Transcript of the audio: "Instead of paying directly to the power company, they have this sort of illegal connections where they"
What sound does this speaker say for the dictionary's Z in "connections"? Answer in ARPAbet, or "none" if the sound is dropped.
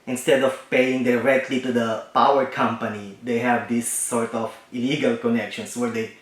S